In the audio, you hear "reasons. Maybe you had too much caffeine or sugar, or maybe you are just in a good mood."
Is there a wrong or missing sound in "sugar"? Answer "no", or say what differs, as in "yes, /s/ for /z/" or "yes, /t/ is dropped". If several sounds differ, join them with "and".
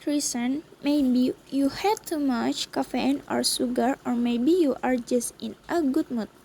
yes, /s/ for /ʃ/